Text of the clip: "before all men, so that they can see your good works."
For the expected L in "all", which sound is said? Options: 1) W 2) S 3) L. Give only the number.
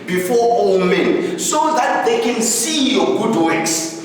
1